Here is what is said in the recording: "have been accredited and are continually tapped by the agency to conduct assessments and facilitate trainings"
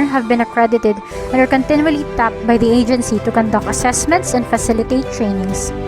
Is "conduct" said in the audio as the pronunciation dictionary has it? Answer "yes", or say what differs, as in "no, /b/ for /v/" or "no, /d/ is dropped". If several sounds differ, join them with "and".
no, /t/ is dropped